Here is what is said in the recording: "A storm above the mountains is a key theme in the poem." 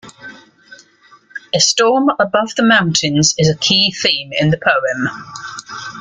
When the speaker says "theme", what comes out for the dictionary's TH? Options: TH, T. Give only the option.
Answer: TH